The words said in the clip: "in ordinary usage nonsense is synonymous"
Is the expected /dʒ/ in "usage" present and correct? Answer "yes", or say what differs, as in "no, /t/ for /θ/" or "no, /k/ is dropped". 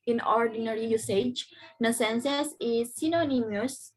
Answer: yes